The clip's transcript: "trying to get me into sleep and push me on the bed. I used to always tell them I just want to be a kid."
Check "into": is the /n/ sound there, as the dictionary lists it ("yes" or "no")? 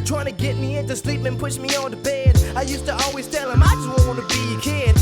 yes